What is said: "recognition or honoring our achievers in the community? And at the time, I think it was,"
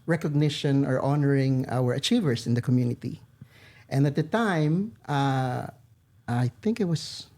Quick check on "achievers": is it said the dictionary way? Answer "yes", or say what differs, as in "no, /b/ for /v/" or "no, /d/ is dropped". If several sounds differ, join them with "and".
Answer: no, /s/ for /z/